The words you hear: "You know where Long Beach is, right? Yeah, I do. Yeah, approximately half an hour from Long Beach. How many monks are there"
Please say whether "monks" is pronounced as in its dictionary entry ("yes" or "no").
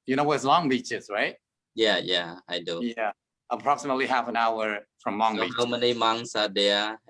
no